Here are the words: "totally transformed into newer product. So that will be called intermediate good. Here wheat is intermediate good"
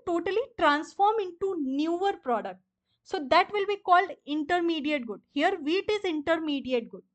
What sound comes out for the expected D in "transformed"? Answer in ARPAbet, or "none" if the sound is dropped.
none